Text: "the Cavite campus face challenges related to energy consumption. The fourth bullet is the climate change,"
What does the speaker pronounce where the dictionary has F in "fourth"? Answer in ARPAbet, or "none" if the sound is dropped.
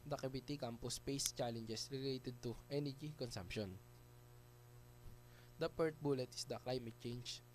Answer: P